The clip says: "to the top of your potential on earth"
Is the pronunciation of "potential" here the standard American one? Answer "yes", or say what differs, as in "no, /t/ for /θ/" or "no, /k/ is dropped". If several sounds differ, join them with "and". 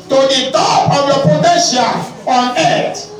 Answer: no, /n/ is dropped and /n/ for /l/